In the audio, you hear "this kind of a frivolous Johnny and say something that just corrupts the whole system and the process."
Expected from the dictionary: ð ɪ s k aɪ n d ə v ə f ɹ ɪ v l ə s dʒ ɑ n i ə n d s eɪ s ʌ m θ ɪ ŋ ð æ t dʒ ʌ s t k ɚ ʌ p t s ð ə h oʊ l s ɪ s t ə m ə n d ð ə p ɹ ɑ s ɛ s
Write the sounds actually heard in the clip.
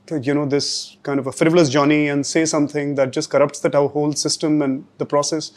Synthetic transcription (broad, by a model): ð ɪ s k aɪ n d ə v ə f ɹ ɪ v l ə s dʒ ɑ n i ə n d s eɪ s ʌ m t ɪ ŋ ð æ t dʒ ʌ s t k ɚ ʌ p t s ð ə h oʊ l s ɪ s t ə m ə n d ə p ɹ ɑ s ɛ s